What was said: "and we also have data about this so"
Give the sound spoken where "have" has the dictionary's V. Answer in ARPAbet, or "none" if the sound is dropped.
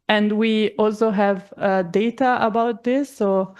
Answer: V